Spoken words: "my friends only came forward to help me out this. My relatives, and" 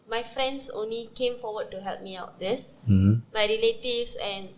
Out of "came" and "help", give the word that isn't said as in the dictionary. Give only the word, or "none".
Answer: none